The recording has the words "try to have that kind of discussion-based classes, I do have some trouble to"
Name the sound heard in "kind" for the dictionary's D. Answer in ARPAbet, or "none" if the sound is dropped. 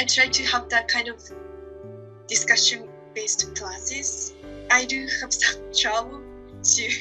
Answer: D